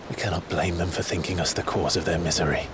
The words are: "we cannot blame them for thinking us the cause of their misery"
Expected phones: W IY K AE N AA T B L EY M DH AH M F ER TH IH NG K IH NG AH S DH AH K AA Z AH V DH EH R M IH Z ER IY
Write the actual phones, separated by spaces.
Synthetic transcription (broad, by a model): W IY K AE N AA T B L EY M DH AH M F ER TH IH NG K IH NG AH S DH AH K AA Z AH V DH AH R M IH Z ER IY